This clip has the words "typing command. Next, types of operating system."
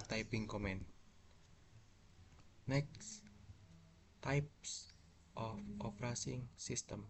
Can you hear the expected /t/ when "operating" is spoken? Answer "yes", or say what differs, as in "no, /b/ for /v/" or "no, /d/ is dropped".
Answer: no, /s/ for /t/